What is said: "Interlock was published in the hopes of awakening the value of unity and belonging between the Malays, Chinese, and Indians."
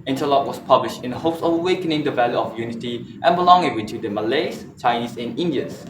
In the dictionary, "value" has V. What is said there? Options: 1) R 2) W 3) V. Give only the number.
3